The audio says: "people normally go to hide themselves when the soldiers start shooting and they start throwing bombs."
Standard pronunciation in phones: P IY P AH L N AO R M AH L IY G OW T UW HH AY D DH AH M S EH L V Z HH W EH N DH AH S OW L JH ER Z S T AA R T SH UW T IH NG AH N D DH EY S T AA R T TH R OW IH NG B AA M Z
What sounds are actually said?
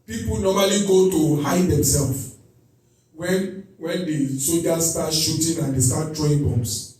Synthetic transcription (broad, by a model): P IY P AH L N AO M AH L IY G OW T UW HH AY D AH M S EH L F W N W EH N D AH S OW JH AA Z S T AA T SH UW T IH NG AH N D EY S T AA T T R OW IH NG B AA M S